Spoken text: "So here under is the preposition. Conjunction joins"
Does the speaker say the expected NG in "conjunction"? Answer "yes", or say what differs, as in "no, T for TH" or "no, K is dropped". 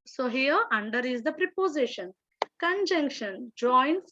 yes